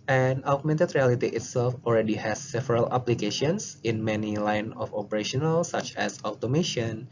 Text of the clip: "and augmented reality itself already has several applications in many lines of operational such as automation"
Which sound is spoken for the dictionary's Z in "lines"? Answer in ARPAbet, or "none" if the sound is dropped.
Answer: none